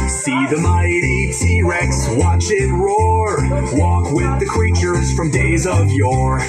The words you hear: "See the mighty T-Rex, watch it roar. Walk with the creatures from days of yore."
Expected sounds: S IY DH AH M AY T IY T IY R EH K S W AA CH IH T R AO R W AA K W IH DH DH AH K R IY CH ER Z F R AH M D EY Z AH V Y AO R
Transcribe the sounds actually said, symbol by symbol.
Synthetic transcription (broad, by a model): S IY DH AH M AY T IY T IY R EH K S W AA CH IH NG R AO R W AA K W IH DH DH AH K R IY CH ER Z F R AH M D EY Z AH V Y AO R